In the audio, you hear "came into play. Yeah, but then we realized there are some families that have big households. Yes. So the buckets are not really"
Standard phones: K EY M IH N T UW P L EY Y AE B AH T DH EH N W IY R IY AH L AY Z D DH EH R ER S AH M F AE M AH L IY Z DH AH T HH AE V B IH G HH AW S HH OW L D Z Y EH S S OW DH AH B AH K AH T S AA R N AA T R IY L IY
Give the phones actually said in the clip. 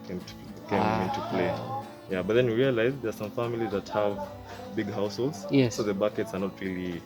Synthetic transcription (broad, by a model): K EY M IH N T UW P L EY Y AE B AH T DH EH N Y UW R IY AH L AY Z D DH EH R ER S AH M F AE M AH L IY Z DH AH T HH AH V B IH G HH AW S HH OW L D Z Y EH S S OW DH AH B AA K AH T S AA R N AA T R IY L IY